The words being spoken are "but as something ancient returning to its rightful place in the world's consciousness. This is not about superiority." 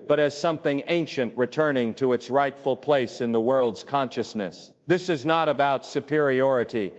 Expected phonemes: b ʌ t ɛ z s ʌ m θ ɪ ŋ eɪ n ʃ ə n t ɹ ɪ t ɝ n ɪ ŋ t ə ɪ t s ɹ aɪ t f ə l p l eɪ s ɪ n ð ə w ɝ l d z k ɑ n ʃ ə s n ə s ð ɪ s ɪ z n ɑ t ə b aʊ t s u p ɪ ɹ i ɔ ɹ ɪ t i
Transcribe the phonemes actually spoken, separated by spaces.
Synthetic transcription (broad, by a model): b ʌ t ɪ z s ʌ m θ ɪ ŋ eɪ n ʃ ə n t ɹ ɪ t ɝ n ɪ ŋ t ə ɪ t s ɹ aɪ t f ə l p l eɪ s ɪ n ð ə w ɝ l d z k ɑ n ʃ ə s n ə s ð ɪ s ɪ z n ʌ t ə b aʊ t s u p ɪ ɹ i ɔ ɹ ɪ t i